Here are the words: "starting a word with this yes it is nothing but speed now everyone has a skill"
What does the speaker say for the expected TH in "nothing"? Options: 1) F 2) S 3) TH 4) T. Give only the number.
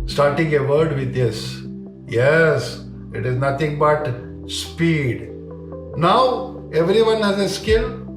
4